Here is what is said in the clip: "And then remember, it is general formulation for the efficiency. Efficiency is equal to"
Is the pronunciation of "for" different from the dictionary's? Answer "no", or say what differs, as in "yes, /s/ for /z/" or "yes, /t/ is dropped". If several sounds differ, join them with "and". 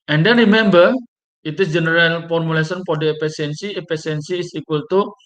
yes, /p/ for /f/